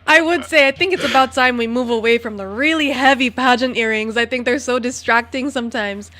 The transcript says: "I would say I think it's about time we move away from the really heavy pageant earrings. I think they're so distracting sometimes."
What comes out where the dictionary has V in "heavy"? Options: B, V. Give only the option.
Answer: V